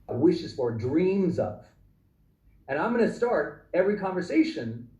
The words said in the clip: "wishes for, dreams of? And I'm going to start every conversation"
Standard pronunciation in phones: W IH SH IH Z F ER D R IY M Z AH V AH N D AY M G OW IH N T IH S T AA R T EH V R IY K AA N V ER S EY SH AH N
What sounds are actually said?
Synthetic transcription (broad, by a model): W IH SH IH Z F ER D R IY M Z AH V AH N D AY M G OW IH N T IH S T AA R T EH V R IY K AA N V ER S EY SH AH N